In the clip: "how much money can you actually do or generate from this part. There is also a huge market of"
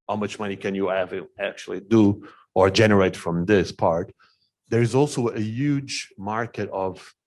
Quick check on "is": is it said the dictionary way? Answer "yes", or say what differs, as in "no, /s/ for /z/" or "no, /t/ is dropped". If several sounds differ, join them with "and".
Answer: yes